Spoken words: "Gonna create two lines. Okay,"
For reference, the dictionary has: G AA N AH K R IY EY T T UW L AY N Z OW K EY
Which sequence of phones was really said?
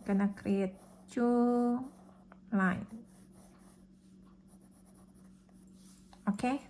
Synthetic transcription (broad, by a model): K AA N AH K R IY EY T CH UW L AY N OW K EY